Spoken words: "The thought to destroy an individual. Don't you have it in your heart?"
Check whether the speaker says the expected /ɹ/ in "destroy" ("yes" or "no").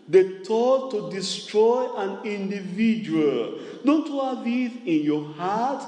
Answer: yes